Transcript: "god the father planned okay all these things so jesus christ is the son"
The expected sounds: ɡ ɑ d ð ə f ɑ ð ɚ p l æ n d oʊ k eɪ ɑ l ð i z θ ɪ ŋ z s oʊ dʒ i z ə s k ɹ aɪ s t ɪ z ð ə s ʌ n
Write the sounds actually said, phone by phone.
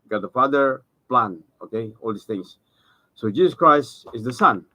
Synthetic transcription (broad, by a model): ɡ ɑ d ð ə f ɑ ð ɚ p l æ n oʊ k eɪ ɑ l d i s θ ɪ ŋ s s oʊ dʒ i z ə s k ɹ aɪ s t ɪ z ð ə s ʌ n